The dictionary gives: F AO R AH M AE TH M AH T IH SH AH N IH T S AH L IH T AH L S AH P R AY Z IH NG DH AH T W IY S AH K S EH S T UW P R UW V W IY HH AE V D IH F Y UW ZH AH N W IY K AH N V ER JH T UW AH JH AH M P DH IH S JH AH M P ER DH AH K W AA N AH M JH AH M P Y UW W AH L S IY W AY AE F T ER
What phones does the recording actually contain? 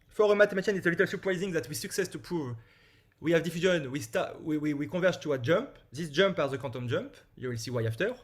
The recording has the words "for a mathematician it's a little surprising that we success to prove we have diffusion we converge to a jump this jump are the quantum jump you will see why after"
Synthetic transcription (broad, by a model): F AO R AH M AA T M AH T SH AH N IH T S AH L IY T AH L S AH P R AY Z IH NG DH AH T W IY S AH K S EH S T UW P R UW V W IY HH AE V D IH F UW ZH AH N W IY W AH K V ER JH T UW AH JH AH M P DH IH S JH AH M P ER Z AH K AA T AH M JH AH M P Y UW W AH L S IY W AY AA F T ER